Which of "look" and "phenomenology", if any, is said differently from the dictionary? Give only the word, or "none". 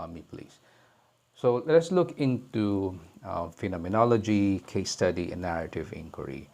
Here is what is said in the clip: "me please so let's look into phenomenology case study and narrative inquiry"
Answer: none